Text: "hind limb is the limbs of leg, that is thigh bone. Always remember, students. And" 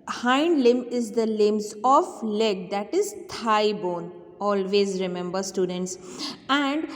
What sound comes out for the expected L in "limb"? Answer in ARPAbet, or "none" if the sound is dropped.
L